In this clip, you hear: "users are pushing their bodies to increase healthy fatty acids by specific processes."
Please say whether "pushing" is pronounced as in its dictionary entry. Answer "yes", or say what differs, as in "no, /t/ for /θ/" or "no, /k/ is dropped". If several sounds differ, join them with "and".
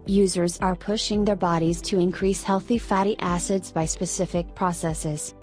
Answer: yes